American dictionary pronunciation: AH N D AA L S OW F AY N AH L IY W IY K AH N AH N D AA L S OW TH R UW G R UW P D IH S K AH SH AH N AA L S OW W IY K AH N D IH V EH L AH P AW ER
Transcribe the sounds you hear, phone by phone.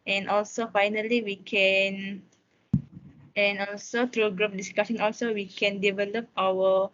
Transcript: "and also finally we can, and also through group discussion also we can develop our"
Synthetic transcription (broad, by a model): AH N AA L S OW F AY N AH L IY W IY K AH N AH N AA L S OW T R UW G R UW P D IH S K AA S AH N AA L S OW W IY K AH N D IH V EH L AH P AW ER